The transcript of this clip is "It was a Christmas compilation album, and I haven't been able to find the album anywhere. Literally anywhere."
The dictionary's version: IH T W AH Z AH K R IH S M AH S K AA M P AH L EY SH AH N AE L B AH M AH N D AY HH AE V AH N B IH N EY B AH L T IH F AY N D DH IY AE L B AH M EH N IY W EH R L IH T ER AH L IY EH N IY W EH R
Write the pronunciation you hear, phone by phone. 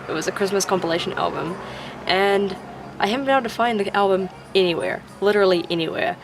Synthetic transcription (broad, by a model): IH T W AH Z AH K R IH S M AH S K AA M P AH L EY SH AH N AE L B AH M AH N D AY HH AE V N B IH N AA AH N T IH F AY N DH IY AE L B AH M EH N IY W EH R L IH T ER L IY EH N IY W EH R